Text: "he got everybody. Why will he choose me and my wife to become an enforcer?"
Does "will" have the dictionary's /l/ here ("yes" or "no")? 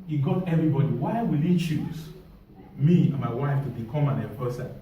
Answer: yes